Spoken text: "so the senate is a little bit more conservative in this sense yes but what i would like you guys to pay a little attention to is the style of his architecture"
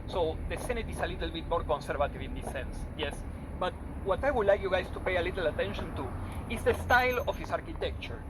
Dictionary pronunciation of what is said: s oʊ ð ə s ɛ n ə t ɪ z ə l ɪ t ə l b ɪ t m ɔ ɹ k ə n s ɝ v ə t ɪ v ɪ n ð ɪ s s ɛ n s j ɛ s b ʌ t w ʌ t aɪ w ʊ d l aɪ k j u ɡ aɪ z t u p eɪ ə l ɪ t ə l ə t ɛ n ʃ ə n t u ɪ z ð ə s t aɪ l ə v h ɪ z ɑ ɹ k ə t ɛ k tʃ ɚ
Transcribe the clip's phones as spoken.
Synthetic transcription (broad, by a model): s oʊ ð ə s ɛ n ə t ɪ s ə l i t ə l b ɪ t m ɔ ɹ k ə n s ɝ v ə t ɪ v ɪ n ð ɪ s s ɛ n s j ɛ s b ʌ t w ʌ t aɪ w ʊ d l aɪ k j u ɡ aɪ s t u p eɪ ə l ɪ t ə l ə t ɛ n ʃ ə n t u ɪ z ð ə s t aɪ l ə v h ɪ s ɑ ɹ k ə t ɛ k tʃ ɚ